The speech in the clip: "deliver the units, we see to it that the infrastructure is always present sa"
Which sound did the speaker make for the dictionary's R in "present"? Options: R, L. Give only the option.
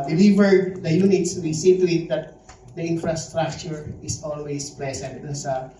L